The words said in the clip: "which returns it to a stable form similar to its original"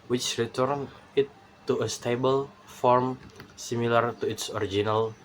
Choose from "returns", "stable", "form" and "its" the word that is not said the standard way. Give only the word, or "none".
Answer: returns